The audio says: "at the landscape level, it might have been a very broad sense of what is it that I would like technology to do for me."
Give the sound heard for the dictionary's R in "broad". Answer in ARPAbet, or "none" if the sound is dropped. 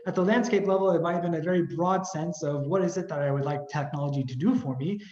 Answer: R